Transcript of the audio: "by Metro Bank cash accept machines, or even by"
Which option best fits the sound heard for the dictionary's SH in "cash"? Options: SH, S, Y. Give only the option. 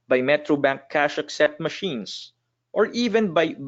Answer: SH